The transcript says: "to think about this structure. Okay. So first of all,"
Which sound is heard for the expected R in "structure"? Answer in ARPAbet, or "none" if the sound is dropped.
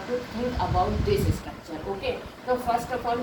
none